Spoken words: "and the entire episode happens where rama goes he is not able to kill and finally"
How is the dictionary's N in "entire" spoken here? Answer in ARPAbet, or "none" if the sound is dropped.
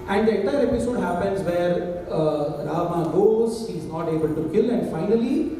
none